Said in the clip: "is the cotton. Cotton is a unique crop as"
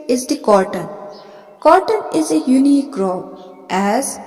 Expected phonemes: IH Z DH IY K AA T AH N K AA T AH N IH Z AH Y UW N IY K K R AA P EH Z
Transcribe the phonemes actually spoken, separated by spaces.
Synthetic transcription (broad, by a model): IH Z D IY K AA T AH N K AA T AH N IH Z AH Y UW N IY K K R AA B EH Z